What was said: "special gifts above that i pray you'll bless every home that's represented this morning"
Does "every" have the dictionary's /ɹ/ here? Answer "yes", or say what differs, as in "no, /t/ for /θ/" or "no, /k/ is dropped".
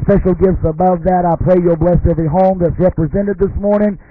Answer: no, /ɹ/ is dropped